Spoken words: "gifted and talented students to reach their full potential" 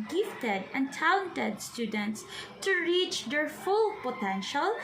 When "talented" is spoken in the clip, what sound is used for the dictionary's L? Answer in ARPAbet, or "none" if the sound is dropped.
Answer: none